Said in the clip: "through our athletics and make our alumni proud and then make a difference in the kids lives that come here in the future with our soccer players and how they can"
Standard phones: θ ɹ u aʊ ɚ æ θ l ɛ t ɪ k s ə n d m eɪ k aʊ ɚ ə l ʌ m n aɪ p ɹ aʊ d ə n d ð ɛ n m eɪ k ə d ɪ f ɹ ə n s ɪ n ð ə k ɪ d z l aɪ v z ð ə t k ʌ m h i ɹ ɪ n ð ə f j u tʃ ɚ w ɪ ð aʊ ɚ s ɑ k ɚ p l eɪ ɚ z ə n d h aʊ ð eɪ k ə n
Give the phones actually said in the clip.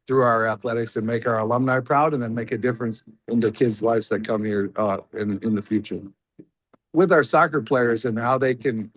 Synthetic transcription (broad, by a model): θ ɹ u aʊ ɚ æ θ l ɛ t ɪ k s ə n m eɪ k aʊ ɚ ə l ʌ m n aɪ p ɹ aʊ d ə n ð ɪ n m eɪ k ə d ɪ f ɹ ə n s ɪ n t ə k ɪ d z l aɪ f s ð ə t k ʌ m h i ɹ ɪ n ð ə f j u tʃ ɚ w ɪ ð aʊ ɚ s ɑ k ɚ p l eɪ ɚ z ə n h aʊ ð eɪ k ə n